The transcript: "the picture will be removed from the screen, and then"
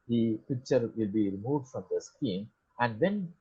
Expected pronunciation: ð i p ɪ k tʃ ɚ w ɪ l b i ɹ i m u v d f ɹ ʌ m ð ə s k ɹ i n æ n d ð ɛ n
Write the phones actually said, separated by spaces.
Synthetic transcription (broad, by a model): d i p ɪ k tʃ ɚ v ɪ l b i ɹ i m u v d f ɹ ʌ m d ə s k i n æ n d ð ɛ n